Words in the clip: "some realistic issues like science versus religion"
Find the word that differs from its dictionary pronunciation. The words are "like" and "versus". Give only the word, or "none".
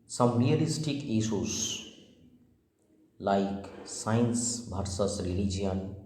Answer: versus